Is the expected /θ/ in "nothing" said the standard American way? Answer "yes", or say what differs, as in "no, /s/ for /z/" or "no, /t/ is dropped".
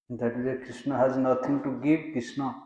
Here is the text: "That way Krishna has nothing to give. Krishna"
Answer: no, /t/ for /θ/